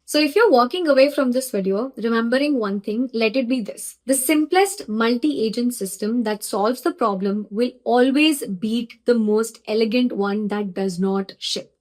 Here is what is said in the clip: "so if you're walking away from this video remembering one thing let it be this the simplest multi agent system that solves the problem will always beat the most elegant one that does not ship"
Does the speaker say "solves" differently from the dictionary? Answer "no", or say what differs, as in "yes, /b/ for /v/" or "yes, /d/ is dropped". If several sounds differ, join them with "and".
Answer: no